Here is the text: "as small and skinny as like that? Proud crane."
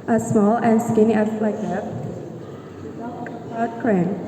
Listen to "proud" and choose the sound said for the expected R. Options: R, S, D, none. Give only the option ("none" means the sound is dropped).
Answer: none